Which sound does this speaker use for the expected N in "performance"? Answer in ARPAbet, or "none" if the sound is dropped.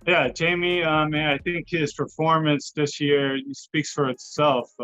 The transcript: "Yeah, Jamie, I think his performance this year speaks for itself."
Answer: N